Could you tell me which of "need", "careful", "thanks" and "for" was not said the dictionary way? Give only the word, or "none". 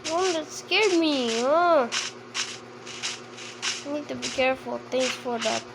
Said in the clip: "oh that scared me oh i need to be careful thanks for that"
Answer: thanks